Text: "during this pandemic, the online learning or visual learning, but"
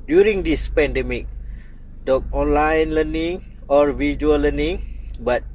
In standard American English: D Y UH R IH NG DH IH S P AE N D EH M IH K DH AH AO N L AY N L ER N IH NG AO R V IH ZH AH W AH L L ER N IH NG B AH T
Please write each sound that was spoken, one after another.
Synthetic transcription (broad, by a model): D Y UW R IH NG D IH S P AE N D EH M IH K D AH AO N L AY N L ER N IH NG AO R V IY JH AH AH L L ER N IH NG B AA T